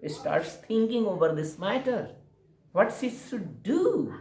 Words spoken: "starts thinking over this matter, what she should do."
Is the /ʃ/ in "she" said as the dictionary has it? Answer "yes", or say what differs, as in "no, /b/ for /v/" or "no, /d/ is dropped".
no, /s/ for /ʃ/